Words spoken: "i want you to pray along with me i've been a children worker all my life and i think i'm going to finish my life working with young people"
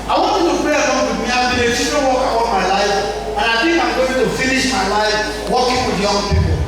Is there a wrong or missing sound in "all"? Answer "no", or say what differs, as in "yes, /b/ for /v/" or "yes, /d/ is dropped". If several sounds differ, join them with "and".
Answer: yes, /n/ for /l/